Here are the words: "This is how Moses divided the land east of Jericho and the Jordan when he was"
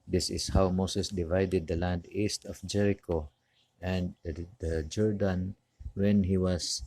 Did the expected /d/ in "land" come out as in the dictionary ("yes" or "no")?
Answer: yes